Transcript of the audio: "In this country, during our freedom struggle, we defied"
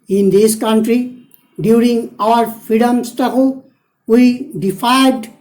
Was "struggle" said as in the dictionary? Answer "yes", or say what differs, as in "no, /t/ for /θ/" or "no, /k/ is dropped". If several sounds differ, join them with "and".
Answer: no, /ɹ/ is dropped